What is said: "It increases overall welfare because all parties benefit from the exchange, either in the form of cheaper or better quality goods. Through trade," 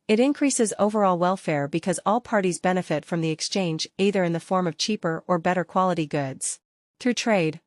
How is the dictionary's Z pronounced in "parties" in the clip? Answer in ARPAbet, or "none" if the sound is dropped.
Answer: Z